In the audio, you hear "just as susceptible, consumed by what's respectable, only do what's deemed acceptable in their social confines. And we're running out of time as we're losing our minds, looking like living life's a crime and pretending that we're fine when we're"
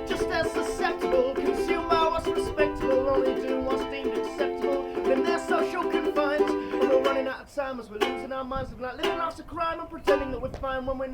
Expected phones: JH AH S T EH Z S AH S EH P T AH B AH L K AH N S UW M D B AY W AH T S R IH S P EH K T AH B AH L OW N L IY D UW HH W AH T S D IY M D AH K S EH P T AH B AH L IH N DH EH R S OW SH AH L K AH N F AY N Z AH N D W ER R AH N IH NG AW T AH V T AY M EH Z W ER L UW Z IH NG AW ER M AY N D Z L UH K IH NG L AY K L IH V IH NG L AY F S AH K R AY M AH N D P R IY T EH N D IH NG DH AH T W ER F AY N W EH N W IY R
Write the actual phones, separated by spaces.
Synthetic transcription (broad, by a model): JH AH S T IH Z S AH S EH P T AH B L K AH N S UW M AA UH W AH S R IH S P EH K T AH B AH L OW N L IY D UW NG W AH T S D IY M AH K S EH P T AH B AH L IH N DH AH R S OW SH L K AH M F AY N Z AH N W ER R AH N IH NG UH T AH T AY M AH Z W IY L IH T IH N AW ER M AY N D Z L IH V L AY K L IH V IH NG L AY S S AH K R AY M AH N P R IY T EH N D IH NG DH AH T W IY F AY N W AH N W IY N